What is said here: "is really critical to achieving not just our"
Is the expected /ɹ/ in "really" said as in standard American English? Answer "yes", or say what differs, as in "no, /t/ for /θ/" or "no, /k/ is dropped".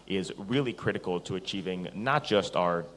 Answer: yes